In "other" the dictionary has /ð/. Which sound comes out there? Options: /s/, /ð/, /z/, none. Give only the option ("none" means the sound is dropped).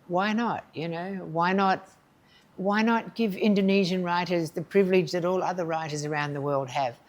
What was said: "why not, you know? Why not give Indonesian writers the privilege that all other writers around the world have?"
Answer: /ð/